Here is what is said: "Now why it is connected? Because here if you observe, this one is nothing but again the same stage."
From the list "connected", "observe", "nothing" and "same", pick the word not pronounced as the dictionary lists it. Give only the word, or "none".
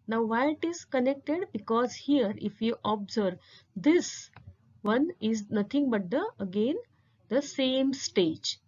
nothing